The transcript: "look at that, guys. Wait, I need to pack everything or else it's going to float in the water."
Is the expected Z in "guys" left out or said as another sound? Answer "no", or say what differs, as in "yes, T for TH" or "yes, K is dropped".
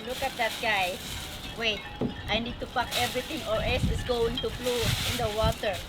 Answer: yes, Z is dropped